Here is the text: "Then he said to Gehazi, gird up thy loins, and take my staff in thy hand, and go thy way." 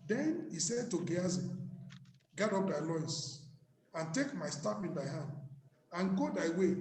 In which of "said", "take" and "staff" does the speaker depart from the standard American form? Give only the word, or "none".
staff